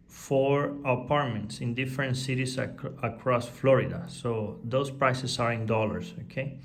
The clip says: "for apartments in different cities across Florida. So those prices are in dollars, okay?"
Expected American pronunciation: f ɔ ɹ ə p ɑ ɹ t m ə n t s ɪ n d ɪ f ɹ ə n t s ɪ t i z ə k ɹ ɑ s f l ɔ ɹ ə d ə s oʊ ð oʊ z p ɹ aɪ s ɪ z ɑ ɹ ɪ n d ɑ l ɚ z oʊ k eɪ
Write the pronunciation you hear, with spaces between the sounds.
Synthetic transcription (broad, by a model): f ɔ ɹ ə p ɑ ɹ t m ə n t s ɪ n d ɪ f ɹ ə n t s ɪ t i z ə k ɹ ɑ s f l ɔ ɹ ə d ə s oʊ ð oʊ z p ɹ aɪ s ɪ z ɑ ɹ ɪ n d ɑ l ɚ s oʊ k eɪ